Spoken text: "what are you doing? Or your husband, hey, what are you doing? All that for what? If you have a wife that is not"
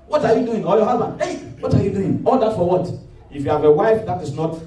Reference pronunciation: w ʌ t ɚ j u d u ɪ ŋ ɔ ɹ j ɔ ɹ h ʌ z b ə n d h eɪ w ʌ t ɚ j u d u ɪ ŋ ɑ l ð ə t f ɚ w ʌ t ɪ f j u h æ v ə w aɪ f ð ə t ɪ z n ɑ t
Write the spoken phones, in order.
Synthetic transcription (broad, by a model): w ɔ t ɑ j u d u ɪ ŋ ɔ l j ɔ h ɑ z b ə n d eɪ w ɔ t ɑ j u d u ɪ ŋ ɑ l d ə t f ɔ w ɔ t ɪ f j u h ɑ v ə w aɪ f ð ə t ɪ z n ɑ t